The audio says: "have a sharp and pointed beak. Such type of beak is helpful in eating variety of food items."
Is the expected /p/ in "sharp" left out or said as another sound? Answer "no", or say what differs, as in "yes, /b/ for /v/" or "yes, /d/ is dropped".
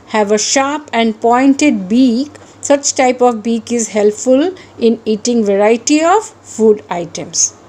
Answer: no